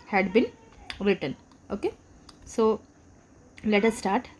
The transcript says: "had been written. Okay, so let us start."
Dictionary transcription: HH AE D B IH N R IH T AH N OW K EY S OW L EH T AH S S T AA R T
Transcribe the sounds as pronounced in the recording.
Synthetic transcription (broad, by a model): HH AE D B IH L R IH T AH N OW K EY S OW L EH T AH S S T AA R T